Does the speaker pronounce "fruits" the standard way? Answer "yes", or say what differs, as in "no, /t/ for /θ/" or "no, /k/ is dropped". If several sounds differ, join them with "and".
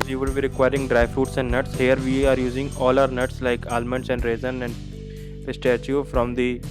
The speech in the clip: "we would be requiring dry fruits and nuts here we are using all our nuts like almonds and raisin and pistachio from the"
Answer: no, /ɹ/ is dropped